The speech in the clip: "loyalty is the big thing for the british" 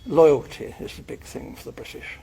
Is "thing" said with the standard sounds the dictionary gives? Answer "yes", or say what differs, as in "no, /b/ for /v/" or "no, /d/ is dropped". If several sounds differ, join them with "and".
yes